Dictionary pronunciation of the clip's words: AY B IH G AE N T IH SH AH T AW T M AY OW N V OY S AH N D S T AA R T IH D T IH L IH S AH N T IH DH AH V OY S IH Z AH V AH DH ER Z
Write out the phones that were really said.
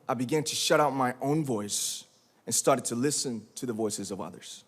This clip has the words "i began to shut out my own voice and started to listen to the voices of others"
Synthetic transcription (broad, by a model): AY B IH G AE N T IH SH AH T AW T M AY OW N V OY S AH N S T AA R T IH D T IH L IH S AH N T IH DH AH V OY S IH Z AH V AH DH ER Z